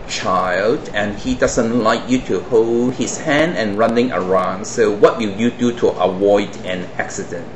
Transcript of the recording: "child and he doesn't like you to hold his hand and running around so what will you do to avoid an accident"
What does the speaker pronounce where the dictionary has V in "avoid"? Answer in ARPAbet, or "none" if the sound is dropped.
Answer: W